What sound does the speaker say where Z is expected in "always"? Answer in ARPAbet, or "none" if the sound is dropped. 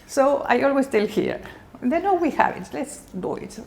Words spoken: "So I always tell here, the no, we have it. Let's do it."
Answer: S